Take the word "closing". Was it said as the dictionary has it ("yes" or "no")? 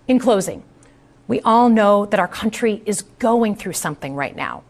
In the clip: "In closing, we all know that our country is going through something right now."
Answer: yes